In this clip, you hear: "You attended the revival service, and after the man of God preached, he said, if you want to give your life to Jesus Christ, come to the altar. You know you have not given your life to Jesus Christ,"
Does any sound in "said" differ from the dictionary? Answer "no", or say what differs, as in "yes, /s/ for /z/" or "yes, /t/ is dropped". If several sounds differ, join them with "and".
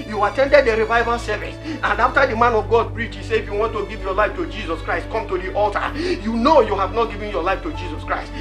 yes, /d/ is dropped